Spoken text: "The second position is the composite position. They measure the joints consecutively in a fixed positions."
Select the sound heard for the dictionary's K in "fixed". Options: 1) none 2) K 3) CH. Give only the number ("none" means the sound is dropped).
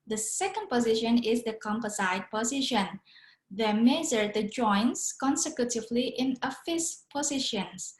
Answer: 1